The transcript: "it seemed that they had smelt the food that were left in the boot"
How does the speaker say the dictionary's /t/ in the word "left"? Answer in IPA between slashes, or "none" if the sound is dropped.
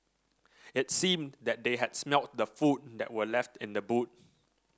/t/